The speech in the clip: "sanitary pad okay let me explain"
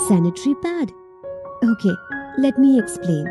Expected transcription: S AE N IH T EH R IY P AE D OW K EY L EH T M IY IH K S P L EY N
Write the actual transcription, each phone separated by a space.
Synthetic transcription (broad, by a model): S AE N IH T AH R IY B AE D OW K EY L EH T M IY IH K S P L EY N